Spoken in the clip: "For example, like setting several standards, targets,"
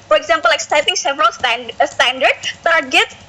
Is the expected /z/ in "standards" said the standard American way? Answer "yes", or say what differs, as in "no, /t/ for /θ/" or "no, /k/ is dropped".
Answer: no, /z/ is dropped